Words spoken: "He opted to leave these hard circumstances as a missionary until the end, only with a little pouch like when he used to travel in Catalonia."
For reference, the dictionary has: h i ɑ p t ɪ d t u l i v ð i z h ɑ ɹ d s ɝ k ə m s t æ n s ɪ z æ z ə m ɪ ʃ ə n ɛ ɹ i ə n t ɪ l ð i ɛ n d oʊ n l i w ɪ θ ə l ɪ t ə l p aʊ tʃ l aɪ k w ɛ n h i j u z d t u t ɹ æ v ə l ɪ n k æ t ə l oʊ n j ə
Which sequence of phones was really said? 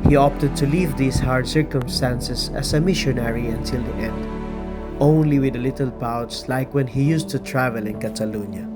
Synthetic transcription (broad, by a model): h i ɑ p t ɪ d t u l i v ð i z h ɑ ɹ d s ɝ k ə m s t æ n s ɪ s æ s ə m ɪ ʃ ə n ɛ ɹ i ə n t ɪ l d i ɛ n d oʊ n l i w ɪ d ə l ɪ t ə l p aʊ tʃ l aɪ k w ɛ n h i j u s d t u t ɹ æ v ə l ɪ n k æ t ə l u n j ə